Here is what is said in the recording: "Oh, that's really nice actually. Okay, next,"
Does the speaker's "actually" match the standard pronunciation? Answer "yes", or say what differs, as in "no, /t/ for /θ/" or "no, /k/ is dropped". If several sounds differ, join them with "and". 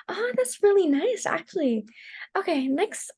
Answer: yes